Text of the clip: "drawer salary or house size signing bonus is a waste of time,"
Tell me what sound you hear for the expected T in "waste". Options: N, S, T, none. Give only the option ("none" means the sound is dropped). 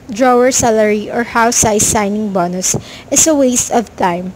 T